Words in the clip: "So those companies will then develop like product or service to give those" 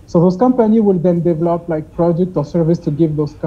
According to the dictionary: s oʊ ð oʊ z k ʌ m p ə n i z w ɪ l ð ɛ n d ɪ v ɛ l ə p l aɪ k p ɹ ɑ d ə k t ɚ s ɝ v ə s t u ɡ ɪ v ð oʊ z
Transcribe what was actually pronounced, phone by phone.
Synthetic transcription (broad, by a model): s oʊ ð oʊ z k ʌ m p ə n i w ɪ l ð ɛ n d ɪ v ɛ l ə p l aɪ k p ɹ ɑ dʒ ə k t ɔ s ɝ v ə s t u ɡ ɪ v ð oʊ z